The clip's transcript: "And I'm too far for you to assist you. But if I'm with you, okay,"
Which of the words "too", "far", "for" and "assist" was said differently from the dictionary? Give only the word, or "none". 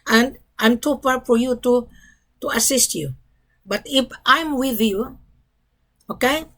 far